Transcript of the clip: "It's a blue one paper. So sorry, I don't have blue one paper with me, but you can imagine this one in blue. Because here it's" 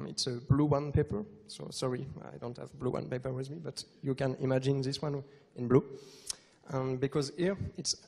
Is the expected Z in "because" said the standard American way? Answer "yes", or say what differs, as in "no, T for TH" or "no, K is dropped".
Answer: yes